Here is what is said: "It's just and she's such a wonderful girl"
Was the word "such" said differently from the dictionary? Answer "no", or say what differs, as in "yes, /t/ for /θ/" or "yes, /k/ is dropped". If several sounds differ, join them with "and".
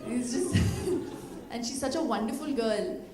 no